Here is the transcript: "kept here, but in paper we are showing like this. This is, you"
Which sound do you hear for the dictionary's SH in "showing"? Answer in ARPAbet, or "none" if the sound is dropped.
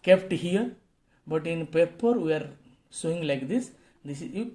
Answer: S